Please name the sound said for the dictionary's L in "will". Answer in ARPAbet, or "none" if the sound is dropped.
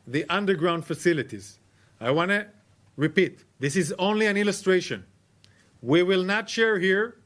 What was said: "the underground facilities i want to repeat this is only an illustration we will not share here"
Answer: L